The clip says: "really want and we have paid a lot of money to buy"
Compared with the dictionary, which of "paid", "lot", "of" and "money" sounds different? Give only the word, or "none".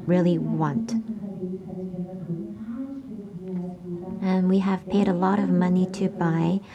none